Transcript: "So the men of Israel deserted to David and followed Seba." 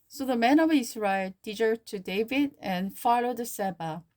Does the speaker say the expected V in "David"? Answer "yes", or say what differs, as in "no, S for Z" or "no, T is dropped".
yes